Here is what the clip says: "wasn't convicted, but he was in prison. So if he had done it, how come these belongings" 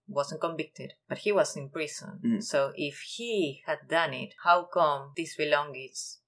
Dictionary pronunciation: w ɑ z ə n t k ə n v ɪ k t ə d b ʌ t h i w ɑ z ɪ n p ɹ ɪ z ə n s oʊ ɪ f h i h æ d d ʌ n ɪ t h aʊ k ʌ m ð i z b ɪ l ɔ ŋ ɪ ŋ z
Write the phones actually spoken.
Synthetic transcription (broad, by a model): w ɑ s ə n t k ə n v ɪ k t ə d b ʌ t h i w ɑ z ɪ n p ɹ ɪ s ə n s oʊ ɪ f h i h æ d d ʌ n ɪ t h aʊ k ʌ m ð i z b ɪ l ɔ ŋ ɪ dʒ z